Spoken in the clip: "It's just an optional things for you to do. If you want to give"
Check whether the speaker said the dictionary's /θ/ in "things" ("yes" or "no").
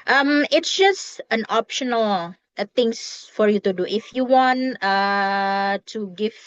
no